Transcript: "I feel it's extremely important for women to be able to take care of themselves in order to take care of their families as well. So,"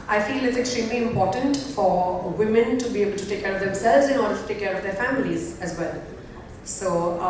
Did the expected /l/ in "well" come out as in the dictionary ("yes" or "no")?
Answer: yes